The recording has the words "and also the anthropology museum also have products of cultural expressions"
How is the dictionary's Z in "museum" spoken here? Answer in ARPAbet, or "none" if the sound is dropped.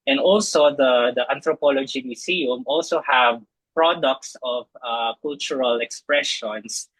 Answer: S